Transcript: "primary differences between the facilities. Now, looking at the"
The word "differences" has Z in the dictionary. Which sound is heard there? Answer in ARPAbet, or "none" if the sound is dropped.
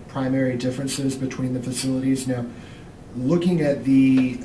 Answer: Z